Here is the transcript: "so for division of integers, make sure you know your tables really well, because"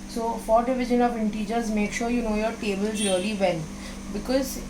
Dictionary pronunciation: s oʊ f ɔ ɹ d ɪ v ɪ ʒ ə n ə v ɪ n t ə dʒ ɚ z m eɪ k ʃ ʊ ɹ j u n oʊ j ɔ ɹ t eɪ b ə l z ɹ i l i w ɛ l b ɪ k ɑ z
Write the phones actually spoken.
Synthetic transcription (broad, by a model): s oʊ f ɔ ɹ d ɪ v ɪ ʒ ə n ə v ɪ n t ə dʒ ɚ z m eɪ k ʃ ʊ ɹ j u n oʊ j ɔ ɹ t eɪ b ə l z ɹ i l i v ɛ n b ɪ k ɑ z